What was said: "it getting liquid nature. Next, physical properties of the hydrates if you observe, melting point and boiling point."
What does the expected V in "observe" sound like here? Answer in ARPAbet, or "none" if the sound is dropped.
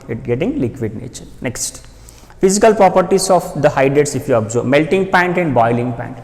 B